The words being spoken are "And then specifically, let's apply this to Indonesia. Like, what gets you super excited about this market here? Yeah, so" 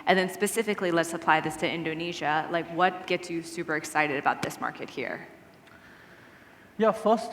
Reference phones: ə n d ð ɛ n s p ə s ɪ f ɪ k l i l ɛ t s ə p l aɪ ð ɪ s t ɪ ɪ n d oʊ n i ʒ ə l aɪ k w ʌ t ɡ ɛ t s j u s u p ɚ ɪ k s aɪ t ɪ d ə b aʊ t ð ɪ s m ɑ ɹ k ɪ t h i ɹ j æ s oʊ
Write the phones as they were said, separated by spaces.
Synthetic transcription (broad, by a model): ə n ð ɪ n s p ə s ɪ f ɪ k l i l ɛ t s ə p l aɪ ð ɪ s t ɪ ɪ n d oʊ n i ʒ ə l aɪ k w ʌ t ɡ ɛ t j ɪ s u p ɚ ɪ k s aɪ t ɪ d ə b aʊ t ð ɪ s m ɑ ɹ k ɪ t h i ɹ j æ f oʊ